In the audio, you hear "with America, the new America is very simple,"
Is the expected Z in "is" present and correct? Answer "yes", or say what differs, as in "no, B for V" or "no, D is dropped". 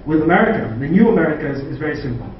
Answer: yes